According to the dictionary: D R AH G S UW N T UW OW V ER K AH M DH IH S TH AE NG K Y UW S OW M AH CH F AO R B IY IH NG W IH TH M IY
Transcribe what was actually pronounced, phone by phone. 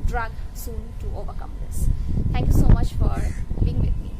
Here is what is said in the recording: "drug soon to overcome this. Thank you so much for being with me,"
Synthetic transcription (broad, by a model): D R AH G S UW N T UW OW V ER K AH M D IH S T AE NG K Y UW S OW M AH CH F AO R B IY IH NG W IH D M IY